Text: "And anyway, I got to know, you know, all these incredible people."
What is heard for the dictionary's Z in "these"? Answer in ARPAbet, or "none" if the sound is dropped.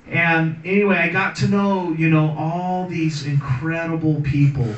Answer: Z